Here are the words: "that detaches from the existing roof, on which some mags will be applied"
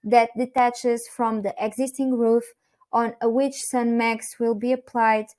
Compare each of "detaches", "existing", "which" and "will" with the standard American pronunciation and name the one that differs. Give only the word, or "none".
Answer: none